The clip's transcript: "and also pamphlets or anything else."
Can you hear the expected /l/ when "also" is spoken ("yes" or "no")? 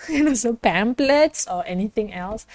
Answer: no